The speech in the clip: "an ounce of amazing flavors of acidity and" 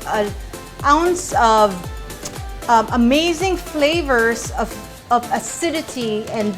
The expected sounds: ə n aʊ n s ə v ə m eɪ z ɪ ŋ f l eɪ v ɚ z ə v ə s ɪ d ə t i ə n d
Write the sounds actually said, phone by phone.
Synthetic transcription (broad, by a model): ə aʊ n s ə v ə m eɪ z ɪ ŋ f l eɪ v ɚ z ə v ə s ɪ d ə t i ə n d